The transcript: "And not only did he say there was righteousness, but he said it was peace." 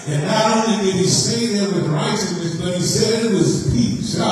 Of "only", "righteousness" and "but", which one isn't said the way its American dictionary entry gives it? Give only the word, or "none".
righteousness